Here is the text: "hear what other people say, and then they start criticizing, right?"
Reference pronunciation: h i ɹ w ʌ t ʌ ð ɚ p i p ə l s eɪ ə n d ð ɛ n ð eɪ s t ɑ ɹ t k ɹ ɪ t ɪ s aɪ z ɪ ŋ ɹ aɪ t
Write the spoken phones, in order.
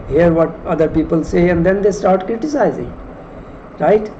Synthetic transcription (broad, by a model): h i ɹ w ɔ t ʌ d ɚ p i p ə l s eɪ ə n d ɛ n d eɪ s t ɑ ɹ t k ɹ ɪ t ɪ s aɪ z ɪ ŋ ɹ aɪ t